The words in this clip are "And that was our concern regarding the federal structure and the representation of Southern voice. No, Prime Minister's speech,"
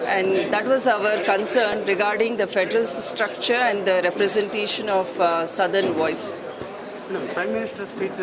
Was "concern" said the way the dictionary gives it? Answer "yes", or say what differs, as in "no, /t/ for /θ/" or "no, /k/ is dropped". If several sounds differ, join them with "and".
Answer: yes